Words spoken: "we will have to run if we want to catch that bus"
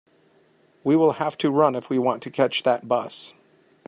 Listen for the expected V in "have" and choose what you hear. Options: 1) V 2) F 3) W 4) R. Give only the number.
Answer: 2